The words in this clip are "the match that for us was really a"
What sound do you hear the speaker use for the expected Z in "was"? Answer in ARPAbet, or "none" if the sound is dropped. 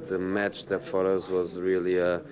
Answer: Z